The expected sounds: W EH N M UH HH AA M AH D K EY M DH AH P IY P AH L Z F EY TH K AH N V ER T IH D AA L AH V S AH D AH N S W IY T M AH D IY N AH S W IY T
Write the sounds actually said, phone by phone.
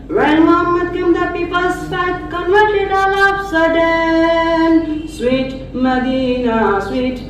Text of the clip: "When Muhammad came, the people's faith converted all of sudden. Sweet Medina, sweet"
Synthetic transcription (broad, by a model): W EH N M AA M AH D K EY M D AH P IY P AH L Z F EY T K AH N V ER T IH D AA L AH P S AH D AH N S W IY T M AH D IY N AH S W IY T